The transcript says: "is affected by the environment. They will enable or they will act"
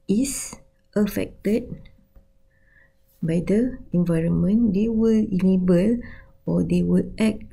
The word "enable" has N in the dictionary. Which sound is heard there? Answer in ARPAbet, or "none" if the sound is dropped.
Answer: L